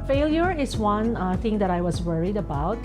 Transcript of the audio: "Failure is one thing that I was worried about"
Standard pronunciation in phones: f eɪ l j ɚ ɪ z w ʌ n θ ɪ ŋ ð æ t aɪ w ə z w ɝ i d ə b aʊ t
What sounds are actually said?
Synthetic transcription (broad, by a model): f eɪ l j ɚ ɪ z w ʌ n θ ɪ ŋ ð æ t aɪ w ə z w ɝ i d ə b aʊ t